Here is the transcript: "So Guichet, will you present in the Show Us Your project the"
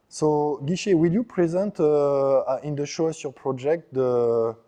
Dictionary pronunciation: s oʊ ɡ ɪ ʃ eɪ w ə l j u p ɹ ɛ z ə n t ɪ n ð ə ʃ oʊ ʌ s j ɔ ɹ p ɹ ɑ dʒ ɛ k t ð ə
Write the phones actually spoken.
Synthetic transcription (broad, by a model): s oʊ ɡ ɪ ʃ eɪ w ə l j u p ɹ ɛ z ə n t ɪ n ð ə ʃ oʊ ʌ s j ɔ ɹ p ɹ ɑ dʒ ɛ k t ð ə